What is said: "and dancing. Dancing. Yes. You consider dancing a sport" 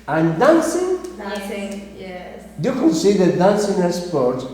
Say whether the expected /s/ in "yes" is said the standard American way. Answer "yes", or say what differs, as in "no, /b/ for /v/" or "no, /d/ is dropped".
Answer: no, /s/ is dropped